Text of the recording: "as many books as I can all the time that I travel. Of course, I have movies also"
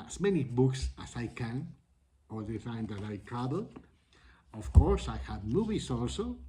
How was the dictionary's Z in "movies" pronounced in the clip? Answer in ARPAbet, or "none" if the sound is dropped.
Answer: S